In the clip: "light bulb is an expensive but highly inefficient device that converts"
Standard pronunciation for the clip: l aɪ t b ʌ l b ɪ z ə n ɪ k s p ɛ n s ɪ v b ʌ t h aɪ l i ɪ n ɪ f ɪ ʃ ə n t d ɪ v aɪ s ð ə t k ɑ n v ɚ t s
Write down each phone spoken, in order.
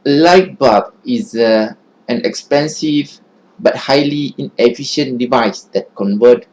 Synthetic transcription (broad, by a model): l aɪ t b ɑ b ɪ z ə n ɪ k s p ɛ n s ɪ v b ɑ t h aɪ l i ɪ n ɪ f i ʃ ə n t d ɪ v aɪ s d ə t k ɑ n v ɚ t